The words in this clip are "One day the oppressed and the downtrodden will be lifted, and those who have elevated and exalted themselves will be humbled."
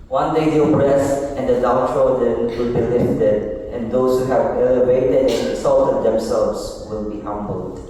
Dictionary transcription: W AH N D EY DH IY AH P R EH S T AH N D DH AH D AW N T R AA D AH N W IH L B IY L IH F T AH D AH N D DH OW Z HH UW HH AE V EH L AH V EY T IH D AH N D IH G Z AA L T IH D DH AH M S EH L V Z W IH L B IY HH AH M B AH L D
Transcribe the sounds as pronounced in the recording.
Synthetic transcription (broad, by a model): W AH N D EY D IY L B R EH S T AH N D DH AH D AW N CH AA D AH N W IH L B IY L IH F T AH D AH N D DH OW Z HH UW HH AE V EH L AH V EY T IH D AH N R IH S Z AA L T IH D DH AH M S EH L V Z W IH L B IY HH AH M B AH L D